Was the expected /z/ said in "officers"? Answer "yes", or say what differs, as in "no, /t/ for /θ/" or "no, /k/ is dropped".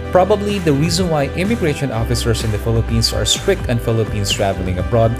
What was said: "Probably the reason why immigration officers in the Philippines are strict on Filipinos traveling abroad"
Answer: no, /s/ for /z/